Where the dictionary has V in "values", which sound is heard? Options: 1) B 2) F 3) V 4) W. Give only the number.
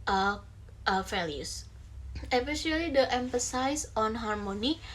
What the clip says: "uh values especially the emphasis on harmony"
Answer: 2